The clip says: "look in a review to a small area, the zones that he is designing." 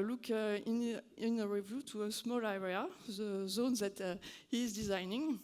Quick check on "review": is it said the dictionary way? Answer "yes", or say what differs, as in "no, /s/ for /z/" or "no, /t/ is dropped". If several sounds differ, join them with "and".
yes